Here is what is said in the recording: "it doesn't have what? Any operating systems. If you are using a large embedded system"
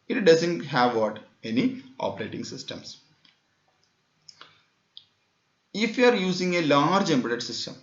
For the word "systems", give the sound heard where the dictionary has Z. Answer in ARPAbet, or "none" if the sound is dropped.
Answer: S